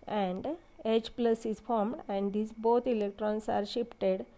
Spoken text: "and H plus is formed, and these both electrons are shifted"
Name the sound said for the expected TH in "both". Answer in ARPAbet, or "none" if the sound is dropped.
T